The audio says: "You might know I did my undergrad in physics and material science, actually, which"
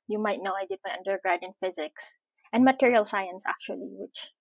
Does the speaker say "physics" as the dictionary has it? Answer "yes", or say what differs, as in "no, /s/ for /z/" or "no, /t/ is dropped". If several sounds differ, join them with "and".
yes